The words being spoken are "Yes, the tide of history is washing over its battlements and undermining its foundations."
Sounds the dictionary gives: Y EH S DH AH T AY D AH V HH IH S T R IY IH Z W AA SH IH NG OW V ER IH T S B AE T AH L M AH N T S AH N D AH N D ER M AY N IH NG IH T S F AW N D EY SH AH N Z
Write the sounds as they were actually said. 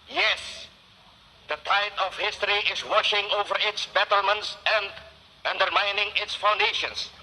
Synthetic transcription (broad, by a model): Y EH S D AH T AY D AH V HH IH S T R IY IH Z W AA SH IH NG OW V ER IH T S B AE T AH L M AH N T S AH N D AH N D ER M AY N IH NG IH T S F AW N D EY SH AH N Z